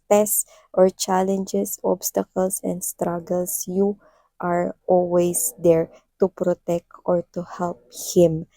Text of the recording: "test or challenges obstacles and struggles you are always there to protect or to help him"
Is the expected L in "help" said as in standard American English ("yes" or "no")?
yes